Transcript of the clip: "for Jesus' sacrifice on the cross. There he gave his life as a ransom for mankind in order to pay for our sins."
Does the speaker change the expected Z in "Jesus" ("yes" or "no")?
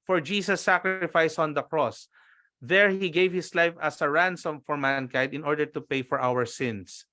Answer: yes